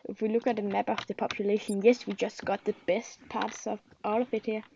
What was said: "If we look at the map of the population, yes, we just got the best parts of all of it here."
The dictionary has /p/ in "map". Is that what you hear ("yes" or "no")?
no